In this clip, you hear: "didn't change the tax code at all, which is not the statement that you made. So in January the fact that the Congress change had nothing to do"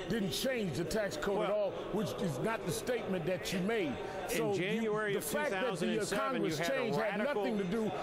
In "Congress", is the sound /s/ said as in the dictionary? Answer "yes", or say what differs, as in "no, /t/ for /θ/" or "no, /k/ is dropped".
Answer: no, /s/ is dropped